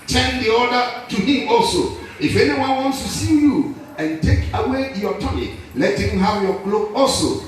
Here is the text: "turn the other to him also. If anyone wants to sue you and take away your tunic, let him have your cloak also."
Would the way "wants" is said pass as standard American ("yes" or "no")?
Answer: yes